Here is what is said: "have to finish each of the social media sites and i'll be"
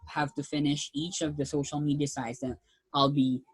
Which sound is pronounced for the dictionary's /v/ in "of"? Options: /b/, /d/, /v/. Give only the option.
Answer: /v/